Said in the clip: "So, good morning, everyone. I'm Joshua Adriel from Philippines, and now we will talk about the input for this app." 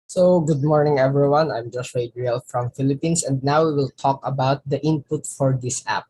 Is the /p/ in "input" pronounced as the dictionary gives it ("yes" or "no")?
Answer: yes